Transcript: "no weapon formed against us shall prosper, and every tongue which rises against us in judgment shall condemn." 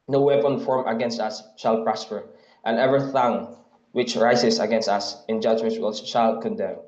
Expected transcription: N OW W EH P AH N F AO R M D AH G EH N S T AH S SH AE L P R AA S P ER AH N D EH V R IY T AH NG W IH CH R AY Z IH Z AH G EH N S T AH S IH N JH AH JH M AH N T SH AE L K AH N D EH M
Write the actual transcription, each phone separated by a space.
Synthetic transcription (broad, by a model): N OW W EH P AH N F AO R M AH G EH N S T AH S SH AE L P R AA S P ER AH N EH V R IY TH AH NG W IH CH R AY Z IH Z AH G EH N S T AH S IH N JH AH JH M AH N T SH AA L K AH N D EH M